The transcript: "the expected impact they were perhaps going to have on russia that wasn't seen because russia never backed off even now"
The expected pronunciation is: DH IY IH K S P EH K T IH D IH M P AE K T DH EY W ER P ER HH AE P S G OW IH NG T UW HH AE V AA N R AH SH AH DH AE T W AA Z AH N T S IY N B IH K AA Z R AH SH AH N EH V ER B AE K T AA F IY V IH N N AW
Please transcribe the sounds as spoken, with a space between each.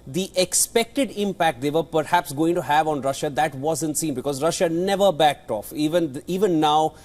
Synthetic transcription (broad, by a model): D IY IH K S P EH K T IH D IH M P AE K T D EY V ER P ER HH AE P S G OW IH NG T UW HH AE V AA N R AH SH AH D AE T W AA Z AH N T S IY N B IH K AA Z R AH SH AH N EH V ER B AE K T AA F IY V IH N N AW